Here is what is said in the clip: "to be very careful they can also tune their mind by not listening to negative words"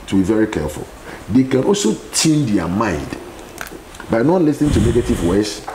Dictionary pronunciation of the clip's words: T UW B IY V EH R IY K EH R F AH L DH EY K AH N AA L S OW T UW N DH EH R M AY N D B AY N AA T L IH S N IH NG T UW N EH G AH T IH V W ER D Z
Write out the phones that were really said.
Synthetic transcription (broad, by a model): T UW B IY V EH R IY K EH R F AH L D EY K AH N AA L S OW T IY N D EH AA M AY N D B AY N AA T L IH S N IH NG T UW N EH G AH T IH V W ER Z